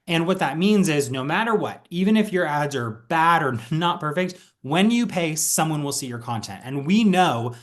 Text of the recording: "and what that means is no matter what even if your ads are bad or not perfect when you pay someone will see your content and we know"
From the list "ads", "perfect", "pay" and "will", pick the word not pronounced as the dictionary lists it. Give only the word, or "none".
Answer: none